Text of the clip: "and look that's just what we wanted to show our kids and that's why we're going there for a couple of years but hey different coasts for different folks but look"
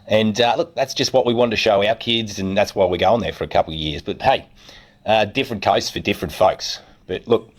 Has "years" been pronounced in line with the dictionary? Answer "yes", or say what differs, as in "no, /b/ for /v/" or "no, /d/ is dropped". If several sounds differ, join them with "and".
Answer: yes